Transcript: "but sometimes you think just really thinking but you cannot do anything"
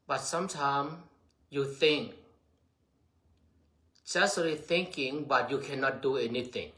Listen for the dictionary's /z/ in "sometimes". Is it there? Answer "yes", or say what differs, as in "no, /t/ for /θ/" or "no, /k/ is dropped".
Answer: no, /z/ is dropped